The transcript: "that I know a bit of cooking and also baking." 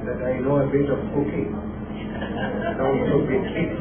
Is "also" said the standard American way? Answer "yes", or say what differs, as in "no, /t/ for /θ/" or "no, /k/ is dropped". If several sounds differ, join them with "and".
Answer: no, /s/ is dropped